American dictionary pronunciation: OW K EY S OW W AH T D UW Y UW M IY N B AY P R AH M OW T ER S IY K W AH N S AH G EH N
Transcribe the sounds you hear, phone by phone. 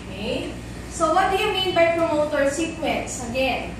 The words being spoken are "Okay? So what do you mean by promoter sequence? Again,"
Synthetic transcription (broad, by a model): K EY S OW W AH T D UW Y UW M IY N B AY P R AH M OW T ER S IY K W AH N S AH G EH N